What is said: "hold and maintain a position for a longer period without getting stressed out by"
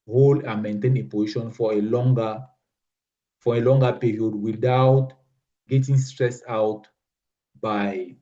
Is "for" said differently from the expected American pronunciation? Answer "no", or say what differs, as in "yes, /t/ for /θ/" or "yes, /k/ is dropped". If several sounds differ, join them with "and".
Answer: yes, /l/ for /ɹ/